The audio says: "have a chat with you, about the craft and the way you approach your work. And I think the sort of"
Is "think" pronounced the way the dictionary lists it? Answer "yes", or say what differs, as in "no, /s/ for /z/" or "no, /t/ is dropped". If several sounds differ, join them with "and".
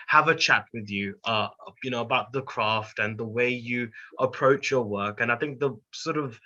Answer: yes